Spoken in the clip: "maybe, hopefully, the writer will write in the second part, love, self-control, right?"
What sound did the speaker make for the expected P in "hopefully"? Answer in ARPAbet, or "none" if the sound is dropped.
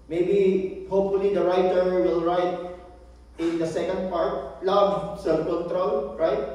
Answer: P